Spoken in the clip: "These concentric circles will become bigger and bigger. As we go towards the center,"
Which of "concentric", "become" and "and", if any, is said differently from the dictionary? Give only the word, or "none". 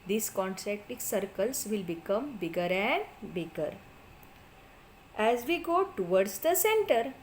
concentric